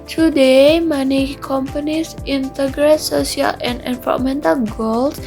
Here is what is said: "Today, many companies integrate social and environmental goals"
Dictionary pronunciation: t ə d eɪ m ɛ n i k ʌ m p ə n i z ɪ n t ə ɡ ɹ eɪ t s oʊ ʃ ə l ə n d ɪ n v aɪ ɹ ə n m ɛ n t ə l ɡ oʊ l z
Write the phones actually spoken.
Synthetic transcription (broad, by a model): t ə d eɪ m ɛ n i k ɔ m p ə n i s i n t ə ɡ ɹ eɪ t s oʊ s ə l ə n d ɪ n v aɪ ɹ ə m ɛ n t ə l ɡ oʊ l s